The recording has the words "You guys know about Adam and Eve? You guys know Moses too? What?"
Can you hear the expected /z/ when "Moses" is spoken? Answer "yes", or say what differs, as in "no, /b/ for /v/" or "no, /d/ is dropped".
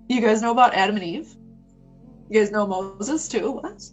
yes